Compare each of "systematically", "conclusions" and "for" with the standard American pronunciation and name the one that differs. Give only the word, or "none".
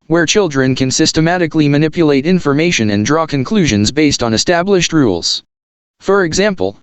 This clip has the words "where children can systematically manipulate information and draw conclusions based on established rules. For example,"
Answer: none